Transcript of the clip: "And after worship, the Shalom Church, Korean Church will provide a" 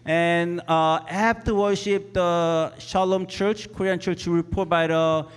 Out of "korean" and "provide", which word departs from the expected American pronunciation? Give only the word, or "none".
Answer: provide